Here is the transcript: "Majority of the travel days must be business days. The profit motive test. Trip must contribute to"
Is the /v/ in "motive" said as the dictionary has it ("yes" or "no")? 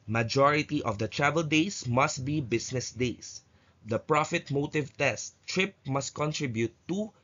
yes